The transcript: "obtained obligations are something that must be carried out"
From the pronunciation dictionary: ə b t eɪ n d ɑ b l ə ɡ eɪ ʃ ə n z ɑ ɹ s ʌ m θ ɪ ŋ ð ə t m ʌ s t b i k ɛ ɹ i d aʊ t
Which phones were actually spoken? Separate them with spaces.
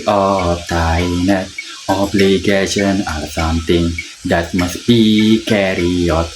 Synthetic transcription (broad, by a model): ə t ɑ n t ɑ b l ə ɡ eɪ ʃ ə n ɑ ɹ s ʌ m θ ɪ ŋ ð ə t m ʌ s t b i k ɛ ɹ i ɔ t